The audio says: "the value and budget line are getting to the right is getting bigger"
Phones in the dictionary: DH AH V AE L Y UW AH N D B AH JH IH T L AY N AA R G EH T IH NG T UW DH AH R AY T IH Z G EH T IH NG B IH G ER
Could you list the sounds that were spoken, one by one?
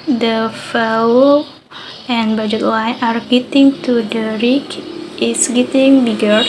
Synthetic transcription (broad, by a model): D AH F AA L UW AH N B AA JH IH T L AY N AA R G EH T IH NG T UW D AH R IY T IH S G EH T IH NG B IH G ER